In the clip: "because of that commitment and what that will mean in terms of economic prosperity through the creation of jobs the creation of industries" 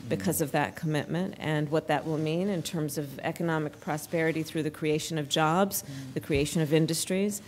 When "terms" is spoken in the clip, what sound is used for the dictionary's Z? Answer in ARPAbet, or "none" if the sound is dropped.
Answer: Z